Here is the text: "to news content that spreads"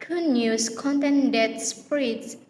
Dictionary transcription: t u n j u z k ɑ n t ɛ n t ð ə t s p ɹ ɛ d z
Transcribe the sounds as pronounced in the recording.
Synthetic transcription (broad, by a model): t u n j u s k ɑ n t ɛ n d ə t s p ɹ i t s